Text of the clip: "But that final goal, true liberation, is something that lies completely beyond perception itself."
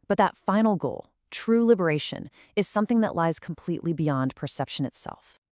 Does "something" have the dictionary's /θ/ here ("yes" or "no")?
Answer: yes